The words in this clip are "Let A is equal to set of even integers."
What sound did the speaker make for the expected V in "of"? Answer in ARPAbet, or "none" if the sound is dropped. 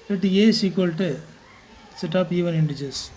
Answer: P